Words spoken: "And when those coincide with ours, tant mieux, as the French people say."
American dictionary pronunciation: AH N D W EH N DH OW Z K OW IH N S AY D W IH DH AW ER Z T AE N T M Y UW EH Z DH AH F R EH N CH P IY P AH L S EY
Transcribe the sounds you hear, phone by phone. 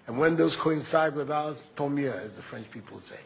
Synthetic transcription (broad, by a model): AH N W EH N DH OW Z K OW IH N S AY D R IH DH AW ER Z T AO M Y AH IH Z DH AH F R EH N CH P IY P AH L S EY